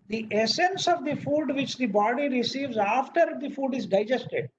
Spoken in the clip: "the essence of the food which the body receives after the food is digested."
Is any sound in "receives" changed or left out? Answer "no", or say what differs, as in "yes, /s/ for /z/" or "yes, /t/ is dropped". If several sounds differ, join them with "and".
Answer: no